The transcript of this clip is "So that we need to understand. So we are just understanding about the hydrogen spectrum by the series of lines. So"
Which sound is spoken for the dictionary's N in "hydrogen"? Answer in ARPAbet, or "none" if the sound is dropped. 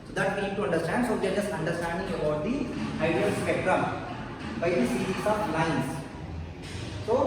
L